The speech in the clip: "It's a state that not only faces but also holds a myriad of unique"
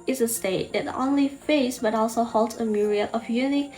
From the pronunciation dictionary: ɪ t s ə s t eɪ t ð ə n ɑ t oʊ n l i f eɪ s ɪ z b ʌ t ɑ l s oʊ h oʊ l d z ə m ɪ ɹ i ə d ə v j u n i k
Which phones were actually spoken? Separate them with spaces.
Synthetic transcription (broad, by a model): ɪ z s ə s t eɪ t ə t oʊ n l i f eɪ ɪ s b ʌ t ɑ l s oʊ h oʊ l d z ə m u ɹ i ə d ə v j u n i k